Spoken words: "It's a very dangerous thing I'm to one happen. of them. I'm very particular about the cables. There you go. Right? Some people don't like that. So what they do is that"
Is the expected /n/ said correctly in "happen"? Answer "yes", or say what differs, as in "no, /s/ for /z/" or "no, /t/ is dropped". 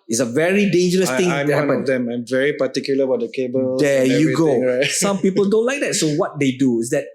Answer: no, /n/ is dropped